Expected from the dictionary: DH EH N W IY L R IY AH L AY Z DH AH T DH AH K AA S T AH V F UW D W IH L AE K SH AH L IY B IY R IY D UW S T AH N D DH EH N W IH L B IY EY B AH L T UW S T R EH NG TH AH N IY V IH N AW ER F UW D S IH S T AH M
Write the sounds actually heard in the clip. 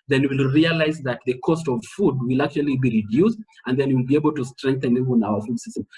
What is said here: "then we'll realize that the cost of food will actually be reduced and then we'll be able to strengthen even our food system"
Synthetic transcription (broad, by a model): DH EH N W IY L R IY AH L AY Z DH AH T DH AH K AA S T AH V F UW D W IH L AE K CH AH L IY B IY R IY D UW S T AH N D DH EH N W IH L B IY EY B AH L T UW S T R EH NG TH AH N IY V IH N AW ER F UW D S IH S T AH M